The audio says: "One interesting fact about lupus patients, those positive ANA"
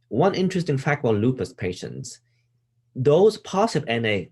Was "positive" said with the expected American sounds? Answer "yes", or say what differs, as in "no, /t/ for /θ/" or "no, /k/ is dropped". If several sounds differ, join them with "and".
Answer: no, /s/ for /z/